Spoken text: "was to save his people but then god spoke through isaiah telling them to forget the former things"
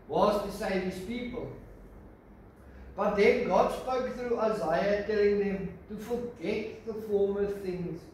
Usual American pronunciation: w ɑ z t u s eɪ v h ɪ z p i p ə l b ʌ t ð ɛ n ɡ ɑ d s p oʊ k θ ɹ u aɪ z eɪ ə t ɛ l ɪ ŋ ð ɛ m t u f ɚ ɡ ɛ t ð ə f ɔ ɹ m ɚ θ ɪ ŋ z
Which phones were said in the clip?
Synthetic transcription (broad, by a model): w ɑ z t u s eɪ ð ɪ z p i p ə l b ʌ t ð ɛ n ɡ ɑ d s p oʊ k θ ɹ u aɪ z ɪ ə t ɛ l ɪ ŋ ð ɛ m t u f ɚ ɡ ɛ t ð ə f ɔ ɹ m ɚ θ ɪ ŋ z